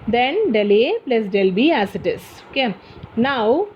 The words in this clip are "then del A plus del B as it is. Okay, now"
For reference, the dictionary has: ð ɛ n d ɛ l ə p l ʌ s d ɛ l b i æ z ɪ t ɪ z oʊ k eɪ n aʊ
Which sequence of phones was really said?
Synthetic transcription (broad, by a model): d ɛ n d ɛ l ə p l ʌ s d ɛ l b i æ s ɪ t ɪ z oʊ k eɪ n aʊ